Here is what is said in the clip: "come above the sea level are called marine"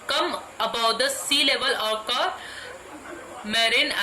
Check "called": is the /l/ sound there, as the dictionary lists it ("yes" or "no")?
no